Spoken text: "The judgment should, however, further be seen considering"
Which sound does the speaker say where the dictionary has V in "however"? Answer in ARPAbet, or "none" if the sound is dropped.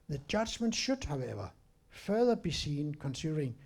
V